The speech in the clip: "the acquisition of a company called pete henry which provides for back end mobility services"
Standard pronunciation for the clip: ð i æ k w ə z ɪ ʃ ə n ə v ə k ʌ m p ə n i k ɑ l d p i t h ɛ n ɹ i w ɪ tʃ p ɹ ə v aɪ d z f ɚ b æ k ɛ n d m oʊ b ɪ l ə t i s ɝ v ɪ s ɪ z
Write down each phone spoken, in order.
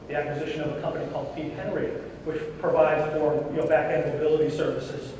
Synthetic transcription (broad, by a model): ð i æ k w ə z ɪ ʃ ə n ə v ə k ʌ m p ə n i k ɑ l d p i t h ɛ n ɹ i w ɪ tʃ p ɹ ə v aɪ d z f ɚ b æ k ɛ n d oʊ b ɪ l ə t i s ɝ v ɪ s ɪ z